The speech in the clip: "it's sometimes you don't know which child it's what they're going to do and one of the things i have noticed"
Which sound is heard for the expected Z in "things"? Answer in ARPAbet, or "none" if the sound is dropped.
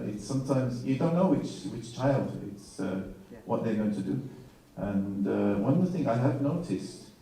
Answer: none